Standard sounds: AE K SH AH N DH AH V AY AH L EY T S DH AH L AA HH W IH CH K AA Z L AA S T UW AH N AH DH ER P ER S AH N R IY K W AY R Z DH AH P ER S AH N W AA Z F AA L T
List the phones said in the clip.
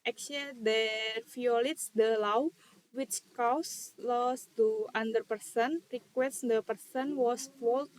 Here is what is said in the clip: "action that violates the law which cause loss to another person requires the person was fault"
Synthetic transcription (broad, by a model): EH K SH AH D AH F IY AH L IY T S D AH L AA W W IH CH K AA S L AA S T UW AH N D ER P ER S AH N R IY K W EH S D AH P ER S AH N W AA S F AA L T